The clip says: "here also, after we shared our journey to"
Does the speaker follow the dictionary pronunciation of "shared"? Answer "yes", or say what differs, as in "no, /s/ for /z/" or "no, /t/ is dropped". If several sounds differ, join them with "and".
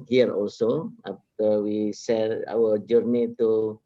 no, /s/ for /ʃ/